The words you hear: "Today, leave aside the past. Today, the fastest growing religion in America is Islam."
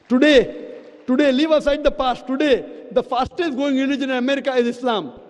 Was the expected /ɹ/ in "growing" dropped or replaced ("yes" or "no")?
yes